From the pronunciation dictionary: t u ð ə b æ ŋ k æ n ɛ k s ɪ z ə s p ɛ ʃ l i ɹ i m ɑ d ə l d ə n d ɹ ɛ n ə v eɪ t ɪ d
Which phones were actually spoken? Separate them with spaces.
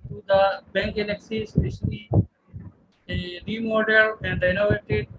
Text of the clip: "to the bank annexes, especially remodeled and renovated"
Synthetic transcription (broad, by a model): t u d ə b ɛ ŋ k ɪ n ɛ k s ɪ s ɛ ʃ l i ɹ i m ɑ d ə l ə n d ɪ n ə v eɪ t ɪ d